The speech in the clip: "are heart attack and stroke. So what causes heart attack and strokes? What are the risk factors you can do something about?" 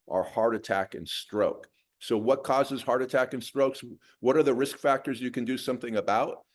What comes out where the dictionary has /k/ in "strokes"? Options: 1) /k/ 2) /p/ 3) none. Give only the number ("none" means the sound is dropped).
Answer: 1